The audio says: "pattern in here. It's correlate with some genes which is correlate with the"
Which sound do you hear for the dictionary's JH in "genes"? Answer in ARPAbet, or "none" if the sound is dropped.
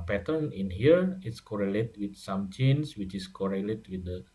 CH